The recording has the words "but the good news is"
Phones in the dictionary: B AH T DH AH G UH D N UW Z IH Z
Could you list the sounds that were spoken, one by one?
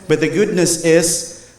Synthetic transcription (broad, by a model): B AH T DH AH G UH D N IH S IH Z